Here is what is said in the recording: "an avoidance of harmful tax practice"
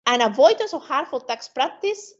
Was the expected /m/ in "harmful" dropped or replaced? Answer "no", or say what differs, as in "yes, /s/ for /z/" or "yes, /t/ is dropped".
yes, /m/ is dropped